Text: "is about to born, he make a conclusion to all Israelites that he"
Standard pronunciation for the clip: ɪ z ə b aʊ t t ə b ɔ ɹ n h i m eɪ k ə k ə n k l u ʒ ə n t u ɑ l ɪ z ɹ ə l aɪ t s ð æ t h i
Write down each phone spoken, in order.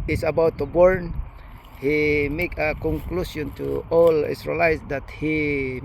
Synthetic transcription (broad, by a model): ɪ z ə b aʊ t t ə b ɔ ɹ n h i m eɪ k ə k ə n k l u s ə n t u ɑ l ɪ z ɹ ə l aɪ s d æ t h i